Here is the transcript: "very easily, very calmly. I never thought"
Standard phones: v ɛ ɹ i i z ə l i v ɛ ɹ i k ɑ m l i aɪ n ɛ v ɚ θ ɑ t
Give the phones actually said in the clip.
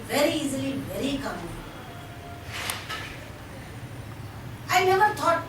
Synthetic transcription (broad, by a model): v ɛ ɹ i i z ə l i v ɛ ɹ i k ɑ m i aɪ n ɛ v ɚ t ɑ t